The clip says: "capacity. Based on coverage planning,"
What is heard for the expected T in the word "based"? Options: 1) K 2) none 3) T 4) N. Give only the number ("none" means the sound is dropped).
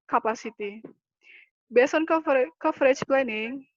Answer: 2